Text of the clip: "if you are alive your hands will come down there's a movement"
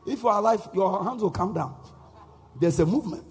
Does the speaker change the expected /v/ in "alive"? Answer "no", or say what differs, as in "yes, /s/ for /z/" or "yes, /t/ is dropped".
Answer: yes, /f/ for /v/